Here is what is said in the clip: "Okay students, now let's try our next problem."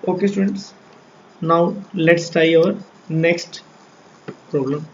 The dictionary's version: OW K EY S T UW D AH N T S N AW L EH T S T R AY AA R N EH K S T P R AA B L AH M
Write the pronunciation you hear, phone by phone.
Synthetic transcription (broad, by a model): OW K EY S T UW D AH N T S N AW L EH T S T AY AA R N EH K S T P R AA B L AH M